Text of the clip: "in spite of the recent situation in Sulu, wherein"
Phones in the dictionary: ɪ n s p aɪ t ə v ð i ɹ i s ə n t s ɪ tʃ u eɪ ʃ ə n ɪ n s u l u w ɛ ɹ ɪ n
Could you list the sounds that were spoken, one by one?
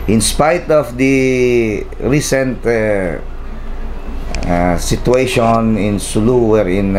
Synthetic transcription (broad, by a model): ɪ n s p aɪ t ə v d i ɹ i s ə n t s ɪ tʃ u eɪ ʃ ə n ɪ n s u l u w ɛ ɹ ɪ n